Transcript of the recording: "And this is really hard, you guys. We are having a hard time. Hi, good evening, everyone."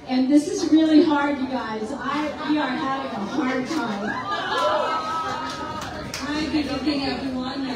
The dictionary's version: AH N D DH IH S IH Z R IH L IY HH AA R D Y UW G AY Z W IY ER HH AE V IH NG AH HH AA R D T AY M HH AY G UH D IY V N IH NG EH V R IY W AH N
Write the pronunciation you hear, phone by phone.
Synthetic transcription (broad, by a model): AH N DH IH S IH Z R IH L IY HH AA R D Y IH G AY Z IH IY ER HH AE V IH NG AH HH AA R D T AY M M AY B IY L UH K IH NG EH V R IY W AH N